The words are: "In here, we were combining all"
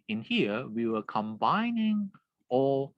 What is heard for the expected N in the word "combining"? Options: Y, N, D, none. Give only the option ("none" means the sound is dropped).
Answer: N